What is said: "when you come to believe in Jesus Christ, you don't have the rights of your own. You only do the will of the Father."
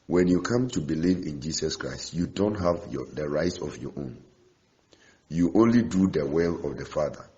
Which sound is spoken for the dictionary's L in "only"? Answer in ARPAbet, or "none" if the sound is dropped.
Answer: L